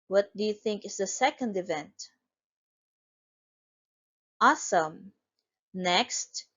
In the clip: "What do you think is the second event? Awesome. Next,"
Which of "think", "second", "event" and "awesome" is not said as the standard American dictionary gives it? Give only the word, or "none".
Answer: none